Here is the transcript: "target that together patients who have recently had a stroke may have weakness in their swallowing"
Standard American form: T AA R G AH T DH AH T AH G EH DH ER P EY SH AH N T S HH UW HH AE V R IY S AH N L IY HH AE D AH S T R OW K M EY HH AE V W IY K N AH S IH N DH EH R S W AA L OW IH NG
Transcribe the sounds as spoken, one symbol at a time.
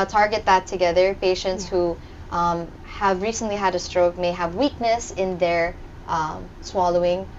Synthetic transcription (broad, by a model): T AA R G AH T DH AH T AH G EH DH ER P EY SH AH N T S HH UW HH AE V R IY S AH N L IY HH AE D AH S T R OW K M EY HH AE V W IY K N AH S IH N DH EH R S W AA L OW IH NG